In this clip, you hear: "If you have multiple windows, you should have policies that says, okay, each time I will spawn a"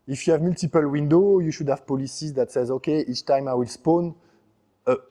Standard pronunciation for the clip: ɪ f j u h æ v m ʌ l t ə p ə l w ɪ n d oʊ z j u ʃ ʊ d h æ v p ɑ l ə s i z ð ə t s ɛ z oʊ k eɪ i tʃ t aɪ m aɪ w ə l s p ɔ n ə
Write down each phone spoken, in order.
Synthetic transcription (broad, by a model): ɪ f j u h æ v m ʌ l t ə p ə l w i n d oʊ j u ʃ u d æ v p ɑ l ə s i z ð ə t s ɛ z oʊ k eɪ i tʃ t aɪ m aɪ w ə l s p ɔ n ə